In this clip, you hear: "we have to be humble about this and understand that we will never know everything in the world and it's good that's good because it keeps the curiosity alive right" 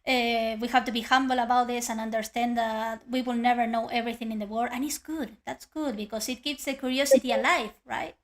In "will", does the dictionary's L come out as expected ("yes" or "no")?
yes